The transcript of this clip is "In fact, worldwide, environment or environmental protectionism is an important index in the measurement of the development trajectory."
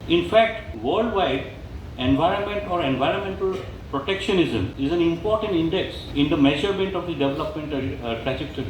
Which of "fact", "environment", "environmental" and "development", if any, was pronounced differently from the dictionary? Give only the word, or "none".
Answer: none